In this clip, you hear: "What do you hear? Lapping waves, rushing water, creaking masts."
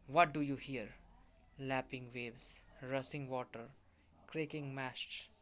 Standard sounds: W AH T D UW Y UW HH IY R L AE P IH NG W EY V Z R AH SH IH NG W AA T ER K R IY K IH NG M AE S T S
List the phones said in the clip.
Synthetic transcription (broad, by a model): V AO T D UW Y UW HH IY R L AE P IH NG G EY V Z R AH S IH NG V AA T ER K R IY K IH NG M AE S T